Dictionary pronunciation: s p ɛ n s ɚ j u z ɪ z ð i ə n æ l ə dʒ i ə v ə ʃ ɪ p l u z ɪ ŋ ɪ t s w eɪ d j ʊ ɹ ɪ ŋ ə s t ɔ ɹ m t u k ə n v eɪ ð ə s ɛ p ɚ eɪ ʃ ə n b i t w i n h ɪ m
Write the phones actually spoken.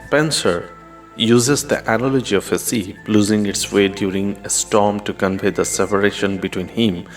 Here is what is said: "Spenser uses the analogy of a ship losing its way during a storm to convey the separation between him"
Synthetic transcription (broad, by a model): p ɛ n s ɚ j u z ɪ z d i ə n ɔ l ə dʒ i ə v ə s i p l u z ɪ ŋ ɪ t s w eɪ d j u ɹ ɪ ŋ ə s t ɔ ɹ m t u k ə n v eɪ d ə s ɛ p ɚ eɪ ʃ ə n b i t w i n h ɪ m